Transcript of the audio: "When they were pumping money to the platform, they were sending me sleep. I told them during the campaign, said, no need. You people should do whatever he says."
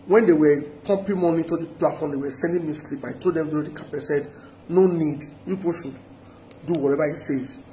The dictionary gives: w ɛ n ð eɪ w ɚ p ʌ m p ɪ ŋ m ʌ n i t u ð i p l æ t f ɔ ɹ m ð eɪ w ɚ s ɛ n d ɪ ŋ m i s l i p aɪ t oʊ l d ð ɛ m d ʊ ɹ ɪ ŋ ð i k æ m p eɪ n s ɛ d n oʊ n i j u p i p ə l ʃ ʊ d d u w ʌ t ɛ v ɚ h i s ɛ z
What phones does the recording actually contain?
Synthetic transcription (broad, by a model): w ɛ n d eɪ w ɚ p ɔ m p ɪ m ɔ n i t u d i p l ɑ t f ɔ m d eɪ w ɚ s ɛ n d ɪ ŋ m i s l i p aɪ t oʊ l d ɛ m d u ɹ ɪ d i k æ p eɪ s ɛ d n oʊ n i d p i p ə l ʃ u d d u w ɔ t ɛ v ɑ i s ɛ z